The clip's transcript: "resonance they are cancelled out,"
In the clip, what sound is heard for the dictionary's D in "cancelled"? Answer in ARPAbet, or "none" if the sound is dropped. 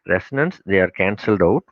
D